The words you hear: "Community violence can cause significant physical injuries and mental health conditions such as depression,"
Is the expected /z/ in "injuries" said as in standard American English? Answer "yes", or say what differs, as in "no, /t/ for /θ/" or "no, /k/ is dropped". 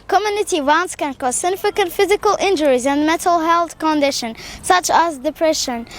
yes